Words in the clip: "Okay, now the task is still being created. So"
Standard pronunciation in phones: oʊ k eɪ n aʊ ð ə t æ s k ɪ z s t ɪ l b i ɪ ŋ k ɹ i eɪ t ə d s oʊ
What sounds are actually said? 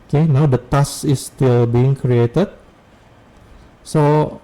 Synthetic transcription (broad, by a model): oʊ k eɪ n aʊ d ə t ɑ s ɪ s t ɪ l b i ɪ ŋ k ɹ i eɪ t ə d s oʊ